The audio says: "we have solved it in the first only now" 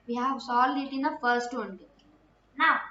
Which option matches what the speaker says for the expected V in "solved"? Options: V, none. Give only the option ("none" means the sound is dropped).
none